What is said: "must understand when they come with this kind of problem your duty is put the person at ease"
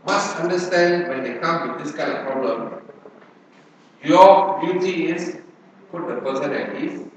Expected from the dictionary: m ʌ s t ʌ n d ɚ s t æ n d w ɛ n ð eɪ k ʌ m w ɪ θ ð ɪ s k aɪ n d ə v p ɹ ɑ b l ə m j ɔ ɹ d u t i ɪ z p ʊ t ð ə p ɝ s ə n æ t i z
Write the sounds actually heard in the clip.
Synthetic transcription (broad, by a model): m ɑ s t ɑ n d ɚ s t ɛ n d w ɛ n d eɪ k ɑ m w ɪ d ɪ s k aɪ n d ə f p ɹ ɑ b l ə m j ɔ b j u t i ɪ s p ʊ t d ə p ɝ s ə n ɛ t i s